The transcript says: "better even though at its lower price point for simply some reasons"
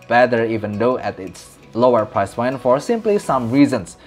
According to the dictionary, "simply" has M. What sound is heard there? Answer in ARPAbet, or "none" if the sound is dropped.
M